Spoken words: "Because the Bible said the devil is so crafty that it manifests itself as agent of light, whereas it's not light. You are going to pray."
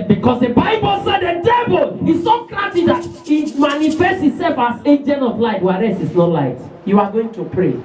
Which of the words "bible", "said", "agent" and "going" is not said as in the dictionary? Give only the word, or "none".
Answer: agent